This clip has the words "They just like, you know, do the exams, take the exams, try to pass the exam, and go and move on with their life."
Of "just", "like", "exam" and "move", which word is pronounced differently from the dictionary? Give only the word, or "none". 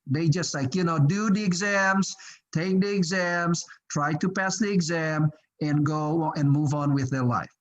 none